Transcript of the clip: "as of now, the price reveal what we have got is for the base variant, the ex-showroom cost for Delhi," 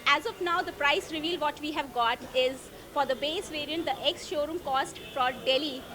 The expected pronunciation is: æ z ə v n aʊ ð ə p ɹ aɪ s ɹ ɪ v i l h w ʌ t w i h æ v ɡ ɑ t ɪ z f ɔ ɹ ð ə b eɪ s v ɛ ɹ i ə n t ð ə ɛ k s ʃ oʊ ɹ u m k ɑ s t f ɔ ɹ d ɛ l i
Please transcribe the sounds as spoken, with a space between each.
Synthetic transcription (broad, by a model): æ z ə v n aʊ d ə p ɹ aɪ s ɹ ɪ v i l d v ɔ t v i h æ v ɡ ɑ t ɪ z f ɔ ɹ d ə b eɪ s v ɛ ɹ i ə n t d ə ɛ k s ʃ oʊ ɹ u m k ɑ s t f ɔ ɹ d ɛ l i